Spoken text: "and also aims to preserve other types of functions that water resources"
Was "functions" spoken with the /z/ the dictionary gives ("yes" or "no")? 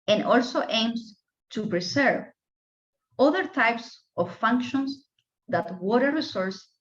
no